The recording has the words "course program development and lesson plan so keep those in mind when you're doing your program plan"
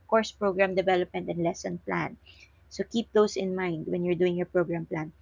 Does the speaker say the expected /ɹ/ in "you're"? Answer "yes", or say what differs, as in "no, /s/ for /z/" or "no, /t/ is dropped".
yes